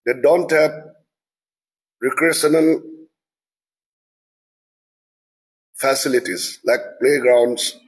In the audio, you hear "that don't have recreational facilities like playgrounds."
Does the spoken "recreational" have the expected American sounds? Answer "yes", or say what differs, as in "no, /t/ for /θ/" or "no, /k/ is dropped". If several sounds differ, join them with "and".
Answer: no, /n/ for /l/